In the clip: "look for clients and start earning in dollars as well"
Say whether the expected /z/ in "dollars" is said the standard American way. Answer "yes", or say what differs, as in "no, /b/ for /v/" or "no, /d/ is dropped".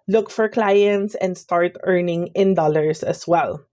no, /s/ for /z/